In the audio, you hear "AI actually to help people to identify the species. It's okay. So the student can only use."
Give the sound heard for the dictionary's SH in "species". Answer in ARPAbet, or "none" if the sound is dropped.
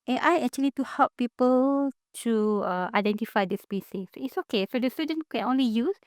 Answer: S